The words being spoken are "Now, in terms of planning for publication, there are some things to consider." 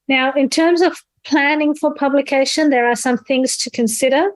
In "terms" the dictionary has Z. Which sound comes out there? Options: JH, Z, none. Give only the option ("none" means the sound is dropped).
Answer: Z